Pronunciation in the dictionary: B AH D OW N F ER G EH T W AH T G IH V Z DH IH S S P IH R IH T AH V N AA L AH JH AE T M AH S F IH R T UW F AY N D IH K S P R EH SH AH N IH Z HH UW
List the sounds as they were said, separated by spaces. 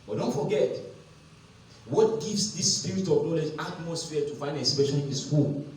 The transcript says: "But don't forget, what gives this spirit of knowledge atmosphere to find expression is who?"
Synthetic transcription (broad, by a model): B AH D OW N F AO G EH T W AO T G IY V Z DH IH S S P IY R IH T AH V N AA L AH JH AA T M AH S F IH T UW F AY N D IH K S P EH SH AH L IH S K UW